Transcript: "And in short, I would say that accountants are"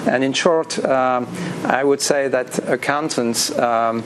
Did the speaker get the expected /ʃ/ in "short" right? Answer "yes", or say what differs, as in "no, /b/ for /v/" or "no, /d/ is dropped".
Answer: yes